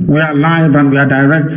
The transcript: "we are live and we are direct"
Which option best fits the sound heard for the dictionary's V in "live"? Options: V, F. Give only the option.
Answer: V